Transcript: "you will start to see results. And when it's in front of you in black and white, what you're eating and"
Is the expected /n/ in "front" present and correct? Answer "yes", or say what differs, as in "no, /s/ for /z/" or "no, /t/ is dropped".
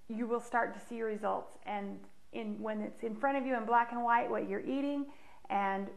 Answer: no, /n/ is dropped